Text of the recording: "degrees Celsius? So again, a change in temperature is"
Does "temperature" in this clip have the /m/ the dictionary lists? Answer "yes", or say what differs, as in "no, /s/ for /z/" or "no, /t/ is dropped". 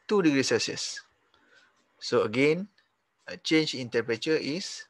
no, /m/ is dropped